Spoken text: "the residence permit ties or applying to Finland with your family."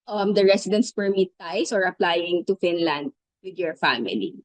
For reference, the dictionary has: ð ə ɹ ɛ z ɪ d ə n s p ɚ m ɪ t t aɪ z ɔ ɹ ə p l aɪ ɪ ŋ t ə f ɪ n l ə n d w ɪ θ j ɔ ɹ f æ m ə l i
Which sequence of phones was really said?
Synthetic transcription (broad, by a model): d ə ɹ ɛ s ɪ d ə n s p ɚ m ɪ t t aɪ s ɔ ɹ ə p l aɪ ɪ ŋ t ə f ɪ n l ə n d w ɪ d j ɔ ɹ f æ m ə l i